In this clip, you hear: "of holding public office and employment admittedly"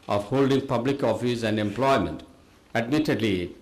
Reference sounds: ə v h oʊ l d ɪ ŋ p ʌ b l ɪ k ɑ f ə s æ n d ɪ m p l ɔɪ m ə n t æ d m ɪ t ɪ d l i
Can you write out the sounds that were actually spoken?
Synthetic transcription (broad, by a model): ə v h oʊ l d ɪ ŋ p ʌ b l ɪ k ɑ f ə s æ n d ɪ m p l ɔɪ m ə n t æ d m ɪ t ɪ d l i